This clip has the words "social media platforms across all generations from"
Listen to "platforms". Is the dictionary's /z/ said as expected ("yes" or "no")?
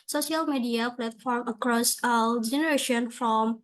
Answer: no